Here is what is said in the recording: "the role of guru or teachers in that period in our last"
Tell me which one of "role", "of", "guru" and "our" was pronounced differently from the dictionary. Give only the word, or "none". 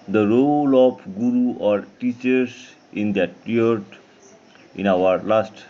of